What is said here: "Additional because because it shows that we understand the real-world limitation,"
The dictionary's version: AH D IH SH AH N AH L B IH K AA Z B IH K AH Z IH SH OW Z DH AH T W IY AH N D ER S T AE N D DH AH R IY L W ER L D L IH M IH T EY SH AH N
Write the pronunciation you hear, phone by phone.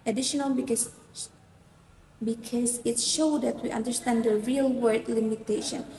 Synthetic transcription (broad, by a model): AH D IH SH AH N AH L B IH K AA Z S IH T SH OW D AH T W IY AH N D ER S T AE N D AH R IY L W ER D L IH M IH T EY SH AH N